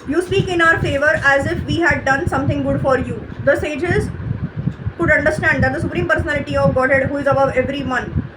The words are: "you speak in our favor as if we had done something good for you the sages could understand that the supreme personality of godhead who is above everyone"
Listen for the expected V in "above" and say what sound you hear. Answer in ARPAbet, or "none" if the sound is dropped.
V